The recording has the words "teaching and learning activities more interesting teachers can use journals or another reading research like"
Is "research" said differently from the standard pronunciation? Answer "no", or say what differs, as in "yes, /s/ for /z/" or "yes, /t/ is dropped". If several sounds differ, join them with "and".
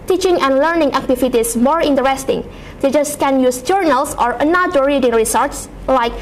yes, /s/ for /tʃ/